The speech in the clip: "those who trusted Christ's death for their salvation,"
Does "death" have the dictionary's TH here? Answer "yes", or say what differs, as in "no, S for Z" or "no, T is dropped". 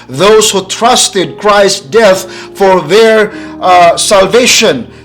yes